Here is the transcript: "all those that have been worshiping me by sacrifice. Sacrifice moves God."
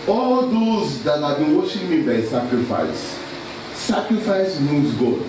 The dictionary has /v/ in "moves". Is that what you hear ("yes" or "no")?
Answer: no